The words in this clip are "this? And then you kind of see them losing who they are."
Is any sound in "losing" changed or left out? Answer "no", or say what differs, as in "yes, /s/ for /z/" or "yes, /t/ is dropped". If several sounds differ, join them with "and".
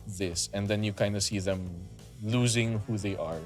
no